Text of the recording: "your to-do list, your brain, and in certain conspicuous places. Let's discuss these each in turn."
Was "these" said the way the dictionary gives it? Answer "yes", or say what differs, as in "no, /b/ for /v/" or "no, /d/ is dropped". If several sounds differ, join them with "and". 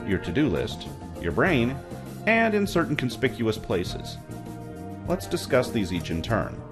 yes